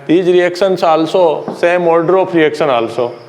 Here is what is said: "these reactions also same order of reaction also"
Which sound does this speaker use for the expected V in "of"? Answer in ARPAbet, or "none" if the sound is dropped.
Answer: P